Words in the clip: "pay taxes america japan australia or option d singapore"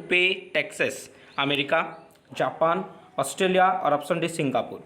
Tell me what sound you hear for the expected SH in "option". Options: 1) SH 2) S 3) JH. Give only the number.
2